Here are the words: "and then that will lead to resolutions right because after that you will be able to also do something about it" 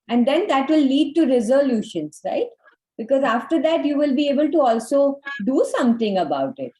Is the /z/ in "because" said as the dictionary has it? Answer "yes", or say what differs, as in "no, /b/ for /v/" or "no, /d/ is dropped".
yes